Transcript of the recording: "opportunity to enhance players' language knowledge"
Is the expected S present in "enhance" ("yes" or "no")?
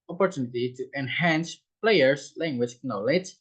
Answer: yes